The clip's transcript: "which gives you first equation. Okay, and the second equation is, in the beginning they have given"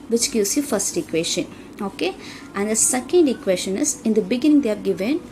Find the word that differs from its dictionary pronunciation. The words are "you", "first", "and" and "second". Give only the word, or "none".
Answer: none